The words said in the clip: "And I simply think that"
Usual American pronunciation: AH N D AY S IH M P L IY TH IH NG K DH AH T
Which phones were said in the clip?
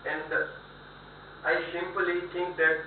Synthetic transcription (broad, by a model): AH N D AY S IH M P L IY T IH NG K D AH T